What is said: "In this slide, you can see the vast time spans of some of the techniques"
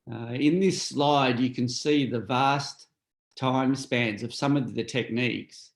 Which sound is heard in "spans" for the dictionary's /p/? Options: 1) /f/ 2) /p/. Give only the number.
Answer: 2